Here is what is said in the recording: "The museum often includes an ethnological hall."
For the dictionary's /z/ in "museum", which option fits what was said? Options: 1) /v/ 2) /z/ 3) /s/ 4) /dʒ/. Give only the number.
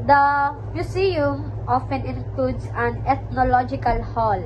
3